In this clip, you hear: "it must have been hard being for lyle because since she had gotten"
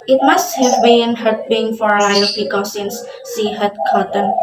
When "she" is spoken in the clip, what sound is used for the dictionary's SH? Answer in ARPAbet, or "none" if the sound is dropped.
S